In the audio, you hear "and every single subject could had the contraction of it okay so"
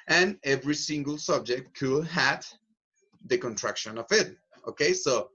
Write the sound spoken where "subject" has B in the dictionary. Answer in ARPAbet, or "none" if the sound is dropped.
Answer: B